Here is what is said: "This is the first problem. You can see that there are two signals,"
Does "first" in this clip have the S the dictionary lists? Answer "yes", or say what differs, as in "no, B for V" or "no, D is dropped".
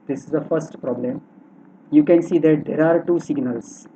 yes